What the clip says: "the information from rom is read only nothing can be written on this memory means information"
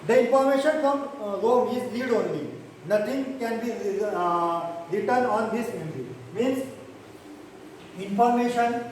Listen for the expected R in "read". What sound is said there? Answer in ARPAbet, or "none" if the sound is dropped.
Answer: L